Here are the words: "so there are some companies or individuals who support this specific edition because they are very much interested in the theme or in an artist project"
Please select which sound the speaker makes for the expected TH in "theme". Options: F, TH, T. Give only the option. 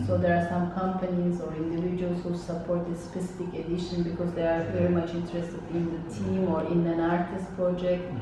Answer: T